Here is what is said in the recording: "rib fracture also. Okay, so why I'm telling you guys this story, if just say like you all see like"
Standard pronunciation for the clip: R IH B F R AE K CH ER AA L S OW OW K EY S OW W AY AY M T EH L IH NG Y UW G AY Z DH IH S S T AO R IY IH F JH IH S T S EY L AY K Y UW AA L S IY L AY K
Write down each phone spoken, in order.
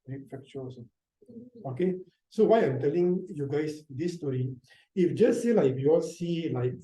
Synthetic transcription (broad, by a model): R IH F EH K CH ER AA S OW OW K EY S OW W AY AY M T EH L IH NG Y UW G AY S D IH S S T AO R IY IH F JH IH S S EY L AY K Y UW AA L S IY L AY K